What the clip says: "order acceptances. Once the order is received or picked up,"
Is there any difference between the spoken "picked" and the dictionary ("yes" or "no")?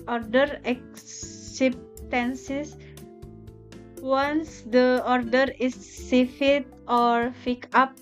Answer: yes